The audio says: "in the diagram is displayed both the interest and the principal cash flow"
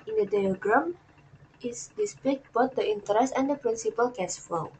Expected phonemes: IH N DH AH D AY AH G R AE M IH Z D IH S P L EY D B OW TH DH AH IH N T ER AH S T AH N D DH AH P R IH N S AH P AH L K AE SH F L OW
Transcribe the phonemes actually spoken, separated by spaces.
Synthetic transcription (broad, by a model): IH N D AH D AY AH G R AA M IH S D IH S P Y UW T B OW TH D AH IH N T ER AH S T AH N D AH P R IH N S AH P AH L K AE S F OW